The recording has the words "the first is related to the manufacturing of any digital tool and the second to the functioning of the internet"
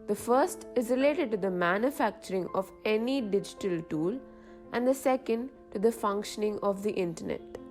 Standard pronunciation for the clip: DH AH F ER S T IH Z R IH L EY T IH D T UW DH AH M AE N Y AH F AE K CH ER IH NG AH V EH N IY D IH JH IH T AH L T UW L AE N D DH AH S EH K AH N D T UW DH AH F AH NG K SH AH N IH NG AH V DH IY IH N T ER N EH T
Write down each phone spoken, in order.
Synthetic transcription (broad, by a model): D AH F ER S T IH Z R IH L EY T IH D T UW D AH M AE N Y AH F AE K CH ER IH NG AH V EH N IY D IH JH IH T AH L T UW L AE N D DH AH S EH K AH N D T UW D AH F AH NG K SH AH N IH NG AH V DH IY IH N T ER N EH T